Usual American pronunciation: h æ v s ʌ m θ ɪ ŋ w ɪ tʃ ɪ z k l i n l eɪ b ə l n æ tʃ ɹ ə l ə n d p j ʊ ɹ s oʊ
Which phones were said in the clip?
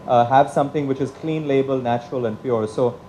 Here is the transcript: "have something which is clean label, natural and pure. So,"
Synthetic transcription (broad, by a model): h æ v s ʌ m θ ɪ ŋ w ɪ tʃ ɪ z k l i n l eɪ b ə l n æ tʃ ɹ ə l ə n d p j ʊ ɹ s oʊ